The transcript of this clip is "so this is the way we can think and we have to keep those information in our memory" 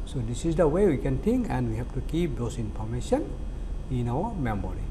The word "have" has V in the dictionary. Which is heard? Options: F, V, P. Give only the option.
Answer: F